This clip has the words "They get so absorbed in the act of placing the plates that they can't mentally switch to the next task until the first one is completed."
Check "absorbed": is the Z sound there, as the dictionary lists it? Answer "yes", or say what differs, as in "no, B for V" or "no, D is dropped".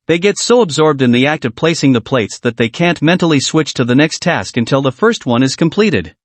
yes